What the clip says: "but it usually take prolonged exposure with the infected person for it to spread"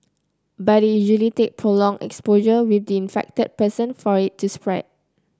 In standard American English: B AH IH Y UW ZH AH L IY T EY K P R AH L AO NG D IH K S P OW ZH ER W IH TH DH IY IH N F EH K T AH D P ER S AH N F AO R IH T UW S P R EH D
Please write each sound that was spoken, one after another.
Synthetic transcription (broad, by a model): B IH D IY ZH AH L IY T EY K P R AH L AO NG IH K S P OW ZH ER W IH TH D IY IH N F EH K T AH D P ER S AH N F AO R IH T UW S P R EH D